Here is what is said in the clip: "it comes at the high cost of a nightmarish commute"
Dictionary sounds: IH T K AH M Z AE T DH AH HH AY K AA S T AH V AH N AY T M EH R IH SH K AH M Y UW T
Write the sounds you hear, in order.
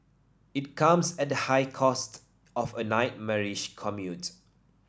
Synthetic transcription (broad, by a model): IH T K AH M S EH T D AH HH AY K AA S T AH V AH N AY T M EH R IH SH K AH M Y UW T